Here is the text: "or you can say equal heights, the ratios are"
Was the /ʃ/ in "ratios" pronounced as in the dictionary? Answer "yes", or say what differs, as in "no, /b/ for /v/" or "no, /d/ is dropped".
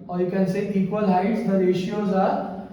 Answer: yes